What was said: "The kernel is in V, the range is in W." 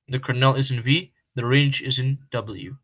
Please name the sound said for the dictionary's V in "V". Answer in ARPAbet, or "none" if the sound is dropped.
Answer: V